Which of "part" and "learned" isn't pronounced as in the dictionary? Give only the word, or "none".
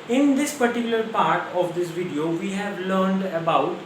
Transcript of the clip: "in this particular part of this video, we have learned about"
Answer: none